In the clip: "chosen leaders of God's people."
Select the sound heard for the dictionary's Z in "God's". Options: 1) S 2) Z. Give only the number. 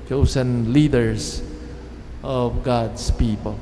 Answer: 1